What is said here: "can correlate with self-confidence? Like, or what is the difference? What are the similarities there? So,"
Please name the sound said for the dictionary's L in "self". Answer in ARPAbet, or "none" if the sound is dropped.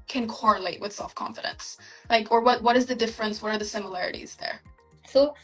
L